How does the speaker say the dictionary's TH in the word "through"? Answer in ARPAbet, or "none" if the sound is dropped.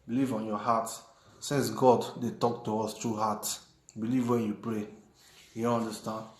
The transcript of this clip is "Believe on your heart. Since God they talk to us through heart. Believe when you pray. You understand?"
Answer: T